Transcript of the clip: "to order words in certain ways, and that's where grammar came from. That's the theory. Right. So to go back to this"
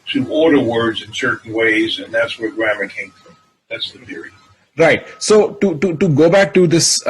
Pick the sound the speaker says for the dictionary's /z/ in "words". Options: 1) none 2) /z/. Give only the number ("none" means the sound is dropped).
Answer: 2